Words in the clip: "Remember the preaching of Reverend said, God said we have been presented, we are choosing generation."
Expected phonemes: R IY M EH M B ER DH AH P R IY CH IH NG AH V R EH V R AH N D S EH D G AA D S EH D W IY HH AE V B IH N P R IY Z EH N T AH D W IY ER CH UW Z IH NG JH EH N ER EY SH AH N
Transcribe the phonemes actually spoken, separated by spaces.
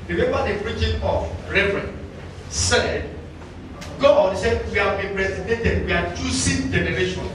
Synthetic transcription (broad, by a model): R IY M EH M B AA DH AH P R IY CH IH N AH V R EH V R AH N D S EH D G AA D S EH D W IY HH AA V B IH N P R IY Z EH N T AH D W IY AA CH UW S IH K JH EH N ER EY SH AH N